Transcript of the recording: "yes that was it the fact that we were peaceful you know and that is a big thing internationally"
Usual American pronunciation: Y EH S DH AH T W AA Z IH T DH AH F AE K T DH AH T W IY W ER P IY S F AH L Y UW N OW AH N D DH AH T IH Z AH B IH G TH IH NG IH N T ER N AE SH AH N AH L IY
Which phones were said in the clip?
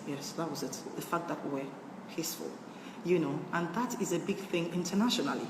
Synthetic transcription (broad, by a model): Y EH S DH AH T W AA Z IH T DH AH F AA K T DH AH T W IY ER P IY S F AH L Y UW N OW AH N DH AH T IH Z AH B IH G TH IH NG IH N T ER N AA SH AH N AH L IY